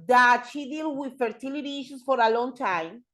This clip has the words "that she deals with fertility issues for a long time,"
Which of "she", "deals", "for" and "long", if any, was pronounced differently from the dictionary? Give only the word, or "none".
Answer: deals